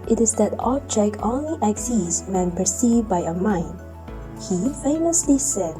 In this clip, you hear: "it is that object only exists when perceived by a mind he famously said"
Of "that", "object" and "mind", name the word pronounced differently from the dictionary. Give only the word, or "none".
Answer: object